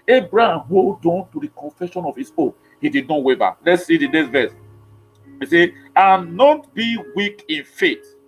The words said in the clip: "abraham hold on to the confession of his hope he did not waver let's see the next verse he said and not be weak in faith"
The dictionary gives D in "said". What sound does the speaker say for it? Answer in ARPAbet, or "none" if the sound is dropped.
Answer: none